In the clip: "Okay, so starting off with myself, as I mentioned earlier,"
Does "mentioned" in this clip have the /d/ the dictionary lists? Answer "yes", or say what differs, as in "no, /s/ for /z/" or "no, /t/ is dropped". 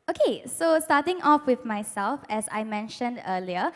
yes